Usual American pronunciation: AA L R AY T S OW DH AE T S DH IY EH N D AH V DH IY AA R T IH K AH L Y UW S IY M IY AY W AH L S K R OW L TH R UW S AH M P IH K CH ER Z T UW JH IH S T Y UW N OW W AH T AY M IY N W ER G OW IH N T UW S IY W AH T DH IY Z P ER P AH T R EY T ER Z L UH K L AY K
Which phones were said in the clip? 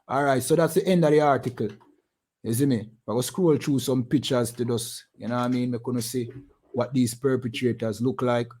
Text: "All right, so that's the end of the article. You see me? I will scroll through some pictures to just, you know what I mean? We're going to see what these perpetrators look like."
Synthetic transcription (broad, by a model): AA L R AY T S OW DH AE T S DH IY EH N D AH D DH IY AA R T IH K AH L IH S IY M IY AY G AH S K R OW L T R UW S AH M P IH K CH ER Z T UW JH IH S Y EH N OW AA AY M IY N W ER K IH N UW S IY W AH T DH IY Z P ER P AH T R EY T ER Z L UH K L AY K